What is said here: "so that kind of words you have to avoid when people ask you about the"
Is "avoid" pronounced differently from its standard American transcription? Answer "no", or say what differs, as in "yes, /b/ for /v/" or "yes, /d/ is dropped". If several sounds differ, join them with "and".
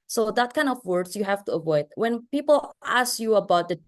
no